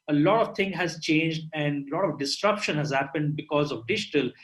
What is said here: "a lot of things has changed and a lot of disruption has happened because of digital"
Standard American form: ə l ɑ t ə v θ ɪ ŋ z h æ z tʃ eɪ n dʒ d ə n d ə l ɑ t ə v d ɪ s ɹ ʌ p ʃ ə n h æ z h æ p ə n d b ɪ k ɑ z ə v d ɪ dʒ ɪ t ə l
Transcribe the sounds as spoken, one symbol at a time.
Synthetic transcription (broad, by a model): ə l ɑ t ə v t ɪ ŋ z h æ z tʃ eɪ n dʒ d ə n d ə l ɑ t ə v d ɪ s ɹ ʌ p ʃ ə n h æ z h æ p ə n d b ɪ k ɑ z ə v d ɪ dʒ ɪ t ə l